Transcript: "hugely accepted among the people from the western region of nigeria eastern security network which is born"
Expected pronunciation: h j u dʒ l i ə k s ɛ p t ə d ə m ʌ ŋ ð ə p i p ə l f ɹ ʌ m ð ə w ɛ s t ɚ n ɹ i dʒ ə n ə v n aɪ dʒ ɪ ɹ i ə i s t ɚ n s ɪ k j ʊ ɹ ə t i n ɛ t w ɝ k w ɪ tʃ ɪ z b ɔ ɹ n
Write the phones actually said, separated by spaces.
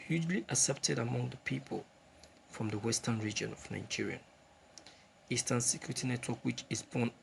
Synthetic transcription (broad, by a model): h j u dʒ l i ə s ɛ p t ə d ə m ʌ ŋ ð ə p i p ə l f ɹ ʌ m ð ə w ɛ s t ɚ n ɹ i dʒ ə n ə v n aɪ dʒ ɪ ɹ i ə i s t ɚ n s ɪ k j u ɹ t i n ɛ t w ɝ k w ɪ tʃ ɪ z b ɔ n